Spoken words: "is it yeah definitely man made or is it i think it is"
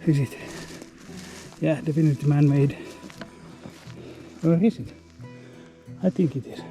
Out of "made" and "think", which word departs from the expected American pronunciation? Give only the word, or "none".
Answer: think